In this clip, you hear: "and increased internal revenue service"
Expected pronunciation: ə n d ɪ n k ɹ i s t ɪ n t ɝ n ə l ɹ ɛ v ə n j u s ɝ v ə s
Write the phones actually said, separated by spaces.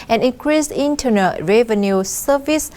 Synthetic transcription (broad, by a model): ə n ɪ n k ɹ i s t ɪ n t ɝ n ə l ɹ ɛ v ə n j u s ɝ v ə s